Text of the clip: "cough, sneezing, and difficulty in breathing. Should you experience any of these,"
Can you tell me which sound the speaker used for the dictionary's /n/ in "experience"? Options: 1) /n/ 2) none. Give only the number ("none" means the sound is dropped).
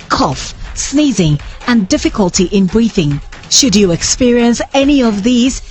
1